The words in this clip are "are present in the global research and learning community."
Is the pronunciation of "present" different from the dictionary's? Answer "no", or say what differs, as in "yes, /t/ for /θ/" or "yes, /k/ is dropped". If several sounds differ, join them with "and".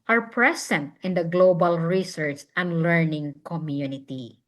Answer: yes, /s/ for /z/